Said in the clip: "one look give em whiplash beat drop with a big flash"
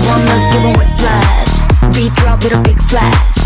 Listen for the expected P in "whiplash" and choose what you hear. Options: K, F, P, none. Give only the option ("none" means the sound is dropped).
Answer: F